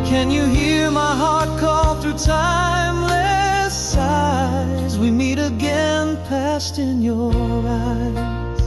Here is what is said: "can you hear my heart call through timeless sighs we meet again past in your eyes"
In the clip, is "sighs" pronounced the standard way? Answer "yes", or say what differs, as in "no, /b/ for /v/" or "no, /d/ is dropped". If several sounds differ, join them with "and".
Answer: yes